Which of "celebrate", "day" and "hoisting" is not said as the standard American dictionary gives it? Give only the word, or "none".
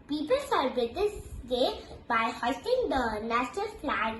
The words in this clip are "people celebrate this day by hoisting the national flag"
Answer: celebrate